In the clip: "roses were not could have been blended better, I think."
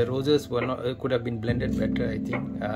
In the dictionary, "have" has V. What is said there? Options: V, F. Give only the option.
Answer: V